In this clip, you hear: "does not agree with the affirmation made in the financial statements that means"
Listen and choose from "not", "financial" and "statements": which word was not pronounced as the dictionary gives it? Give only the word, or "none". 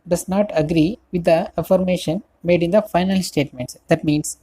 financial